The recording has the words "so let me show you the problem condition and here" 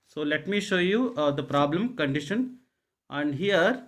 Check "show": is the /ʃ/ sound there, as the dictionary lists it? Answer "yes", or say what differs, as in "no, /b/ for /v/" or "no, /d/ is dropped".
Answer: yes